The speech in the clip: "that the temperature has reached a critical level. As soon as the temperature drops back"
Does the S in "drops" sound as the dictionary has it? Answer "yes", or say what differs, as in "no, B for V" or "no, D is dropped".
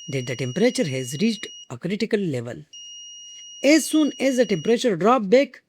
no, S is dropped